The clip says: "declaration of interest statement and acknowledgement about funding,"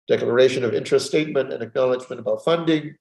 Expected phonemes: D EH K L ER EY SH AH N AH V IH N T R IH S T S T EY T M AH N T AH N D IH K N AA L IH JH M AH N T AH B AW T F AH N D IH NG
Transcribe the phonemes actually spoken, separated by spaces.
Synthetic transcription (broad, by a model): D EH K L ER EY SH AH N AH V IH N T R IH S S T EY T M AH N T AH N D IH K N AA L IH JH M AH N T AH B AW T F AH N D IH NG